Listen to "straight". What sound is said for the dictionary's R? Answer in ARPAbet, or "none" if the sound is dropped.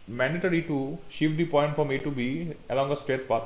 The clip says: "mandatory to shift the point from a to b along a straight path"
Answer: none